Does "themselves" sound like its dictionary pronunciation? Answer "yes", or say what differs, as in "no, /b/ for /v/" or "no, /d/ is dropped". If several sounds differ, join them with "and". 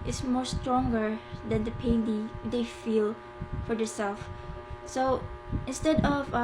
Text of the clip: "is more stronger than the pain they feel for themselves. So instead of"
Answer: no, /m/ is dropped